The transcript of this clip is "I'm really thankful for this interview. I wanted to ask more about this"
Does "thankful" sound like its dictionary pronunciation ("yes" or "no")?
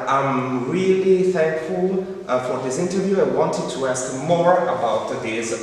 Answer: yes